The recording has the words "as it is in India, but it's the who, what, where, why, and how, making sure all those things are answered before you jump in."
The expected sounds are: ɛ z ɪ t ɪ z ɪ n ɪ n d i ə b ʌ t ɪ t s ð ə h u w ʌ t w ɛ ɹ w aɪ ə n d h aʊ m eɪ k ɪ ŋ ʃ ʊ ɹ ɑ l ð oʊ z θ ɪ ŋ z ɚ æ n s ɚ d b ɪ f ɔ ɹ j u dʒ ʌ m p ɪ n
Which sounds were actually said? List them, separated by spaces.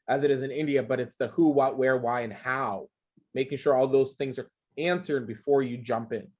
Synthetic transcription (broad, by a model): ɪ z ɪ t ɪ z ɪ n ɪ n d i ə b ʌ t ɪ t s ð ə h u w ʌ t w ɛ ɹ w aɪ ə n h aʊ m eɪ k ɪ ŋ ʃ ʊ ɹ ɑ l ð oʊ z θ ɪ ŋ z ɚ æ n s ɚ d b ɪ f ɔ ɹ j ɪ dʒ ʌ m p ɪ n